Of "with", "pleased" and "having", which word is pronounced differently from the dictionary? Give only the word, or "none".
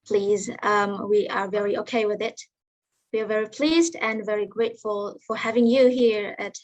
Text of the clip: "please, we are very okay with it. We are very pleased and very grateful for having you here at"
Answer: none